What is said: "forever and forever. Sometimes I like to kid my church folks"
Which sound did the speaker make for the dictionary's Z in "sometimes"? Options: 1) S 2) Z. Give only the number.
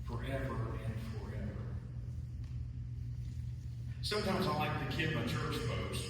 2